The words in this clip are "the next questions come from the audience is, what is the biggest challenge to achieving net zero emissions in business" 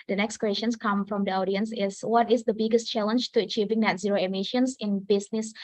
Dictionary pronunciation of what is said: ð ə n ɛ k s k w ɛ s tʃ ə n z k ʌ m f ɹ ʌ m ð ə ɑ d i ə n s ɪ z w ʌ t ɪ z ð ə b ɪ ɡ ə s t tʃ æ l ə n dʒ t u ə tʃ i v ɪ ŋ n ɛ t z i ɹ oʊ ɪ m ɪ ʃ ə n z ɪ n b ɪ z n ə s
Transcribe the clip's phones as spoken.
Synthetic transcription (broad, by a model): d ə n ɛ k s k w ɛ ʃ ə n s k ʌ m f ɹ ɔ m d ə ɑ d i ə n s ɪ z w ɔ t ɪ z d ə b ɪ ɡ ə s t tʃ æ l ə n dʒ t u ə tʃ i v ɪ ŋ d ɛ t z i ɹ oʊ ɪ m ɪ ʃ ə n s ɪ n b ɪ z n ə s